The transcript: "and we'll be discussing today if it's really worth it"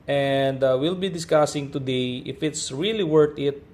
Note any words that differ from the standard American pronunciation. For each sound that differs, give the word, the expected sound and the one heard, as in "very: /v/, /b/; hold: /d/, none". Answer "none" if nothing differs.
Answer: worth: /θ/, /t/